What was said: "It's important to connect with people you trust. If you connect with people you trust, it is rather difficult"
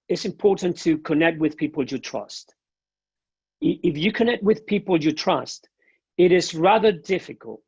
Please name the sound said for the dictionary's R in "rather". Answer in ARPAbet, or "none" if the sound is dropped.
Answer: R